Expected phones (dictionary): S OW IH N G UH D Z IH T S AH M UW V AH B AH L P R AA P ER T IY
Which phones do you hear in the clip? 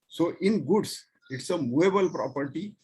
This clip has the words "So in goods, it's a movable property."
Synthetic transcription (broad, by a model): S OW IH N G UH D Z IH T S AH M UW AH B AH L P R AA P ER T IY